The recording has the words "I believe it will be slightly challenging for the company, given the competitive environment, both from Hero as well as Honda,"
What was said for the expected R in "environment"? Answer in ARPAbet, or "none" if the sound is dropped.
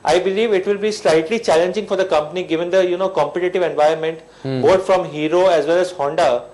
none